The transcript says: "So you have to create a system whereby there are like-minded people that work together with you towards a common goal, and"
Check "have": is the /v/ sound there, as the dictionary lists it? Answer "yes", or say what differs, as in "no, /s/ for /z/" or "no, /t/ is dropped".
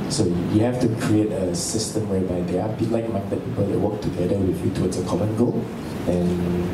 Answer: no, /f/ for /v/